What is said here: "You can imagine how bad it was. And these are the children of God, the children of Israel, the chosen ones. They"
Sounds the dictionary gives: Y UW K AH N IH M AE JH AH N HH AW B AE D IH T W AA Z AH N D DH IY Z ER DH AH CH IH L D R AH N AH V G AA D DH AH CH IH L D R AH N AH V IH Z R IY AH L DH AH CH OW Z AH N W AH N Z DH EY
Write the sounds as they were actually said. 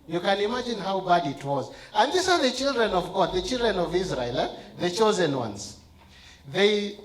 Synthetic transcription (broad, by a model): Y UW K AH N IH M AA JH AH N HH AW B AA D IH T W AA Z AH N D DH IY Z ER DH AH CH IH L D R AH N AH V G AA D DH AH CH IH L D R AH N AH V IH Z R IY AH L DH AH CH OW Z AH N W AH N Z DH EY